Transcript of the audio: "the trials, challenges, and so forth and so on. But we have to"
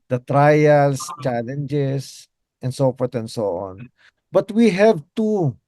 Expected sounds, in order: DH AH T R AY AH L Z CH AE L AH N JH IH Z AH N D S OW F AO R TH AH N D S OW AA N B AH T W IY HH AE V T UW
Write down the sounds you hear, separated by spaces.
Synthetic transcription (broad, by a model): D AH T R AY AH L S CH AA L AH N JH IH S AH N D S OW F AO R T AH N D S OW AA N B AH T W IY HH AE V T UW